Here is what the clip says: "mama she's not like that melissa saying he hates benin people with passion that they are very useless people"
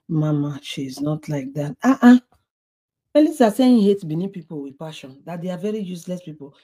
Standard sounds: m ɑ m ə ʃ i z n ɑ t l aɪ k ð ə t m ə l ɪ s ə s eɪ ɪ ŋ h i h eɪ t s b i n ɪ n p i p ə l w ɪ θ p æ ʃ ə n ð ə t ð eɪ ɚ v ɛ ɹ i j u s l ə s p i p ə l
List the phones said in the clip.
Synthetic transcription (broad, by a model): m ɑ m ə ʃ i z n ɑ t l aɪ k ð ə t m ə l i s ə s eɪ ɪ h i h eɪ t b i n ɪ p i p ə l w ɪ p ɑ ʃ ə n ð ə t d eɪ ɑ v ɛ ɹ i j u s l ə s p i p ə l